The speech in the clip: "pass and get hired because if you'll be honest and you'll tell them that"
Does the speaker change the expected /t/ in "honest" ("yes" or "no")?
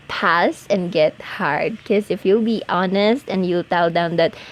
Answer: no